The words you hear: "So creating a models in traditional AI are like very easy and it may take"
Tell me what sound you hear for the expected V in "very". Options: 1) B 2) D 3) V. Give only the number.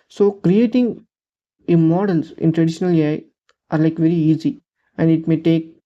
3